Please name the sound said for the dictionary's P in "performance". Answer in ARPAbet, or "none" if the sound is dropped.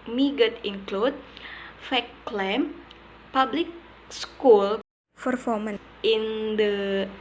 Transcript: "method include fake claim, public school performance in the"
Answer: F